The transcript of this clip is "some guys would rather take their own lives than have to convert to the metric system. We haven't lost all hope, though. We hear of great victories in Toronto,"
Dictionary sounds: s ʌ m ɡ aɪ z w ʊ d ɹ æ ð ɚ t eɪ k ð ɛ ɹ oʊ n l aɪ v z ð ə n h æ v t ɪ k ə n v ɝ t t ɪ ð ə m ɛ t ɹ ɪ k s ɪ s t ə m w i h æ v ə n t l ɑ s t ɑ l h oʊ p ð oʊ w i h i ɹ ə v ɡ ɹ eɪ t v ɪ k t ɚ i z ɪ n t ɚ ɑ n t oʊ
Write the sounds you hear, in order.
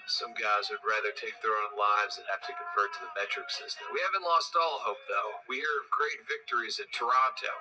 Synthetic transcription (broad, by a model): s ʌ m ɡ aɪ z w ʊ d ɹ æ ð ɚ t eɪ k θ ɹ oʊ n l aɪ v z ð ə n h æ f t ɪ k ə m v ɝ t t ɪ ð ə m ɛ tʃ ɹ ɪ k s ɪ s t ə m w i h æ v ə n t l ɑ s t ɑ l h oʊ p ð oʊ w i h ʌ ɹ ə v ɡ ɹ eɪ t v ɪ k t ɚ i z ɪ t ɚ ɑ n t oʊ